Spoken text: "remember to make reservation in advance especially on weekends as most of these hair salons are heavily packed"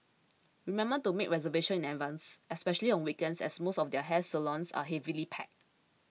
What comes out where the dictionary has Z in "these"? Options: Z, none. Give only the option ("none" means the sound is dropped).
none